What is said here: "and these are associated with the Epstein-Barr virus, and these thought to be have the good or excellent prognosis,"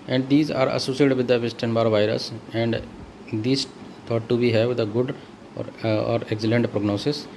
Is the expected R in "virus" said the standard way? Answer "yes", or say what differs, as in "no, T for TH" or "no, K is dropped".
yes